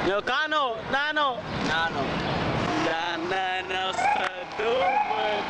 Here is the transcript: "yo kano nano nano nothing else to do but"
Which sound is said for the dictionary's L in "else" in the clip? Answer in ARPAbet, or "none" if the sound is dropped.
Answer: none